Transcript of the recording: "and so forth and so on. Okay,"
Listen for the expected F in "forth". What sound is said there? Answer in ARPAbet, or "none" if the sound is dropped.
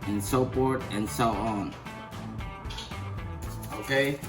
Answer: P